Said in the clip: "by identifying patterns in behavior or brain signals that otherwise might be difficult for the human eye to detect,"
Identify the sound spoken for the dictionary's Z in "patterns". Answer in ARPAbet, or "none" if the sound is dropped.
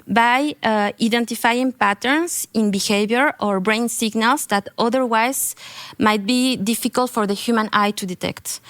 S